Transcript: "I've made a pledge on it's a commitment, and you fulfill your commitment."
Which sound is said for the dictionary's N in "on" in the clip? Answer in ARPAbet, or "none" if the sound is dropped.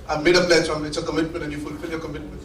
L